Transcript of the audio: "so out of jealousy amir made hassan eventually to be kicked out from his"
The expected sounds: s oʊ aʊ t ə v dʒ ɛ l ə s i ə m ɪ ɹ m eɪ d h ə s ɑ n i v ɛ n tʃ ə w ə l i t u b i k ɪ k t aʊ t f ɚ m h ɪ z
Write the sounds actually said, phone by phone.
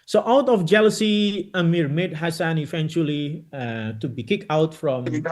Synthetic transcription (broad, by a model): s oʊ aʊ t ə f dʒ ɛ l ə s i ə m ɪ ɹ m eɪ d h ə s ɑ n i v ɛ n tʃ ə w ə l i t u b i k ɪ k aʊ t f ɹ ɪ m